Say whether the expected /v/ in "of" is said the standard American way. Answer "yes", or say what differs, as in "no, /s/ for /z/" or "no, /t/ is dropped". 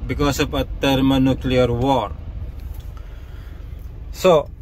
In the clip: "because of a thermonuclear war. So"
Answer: no, /p/ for /v/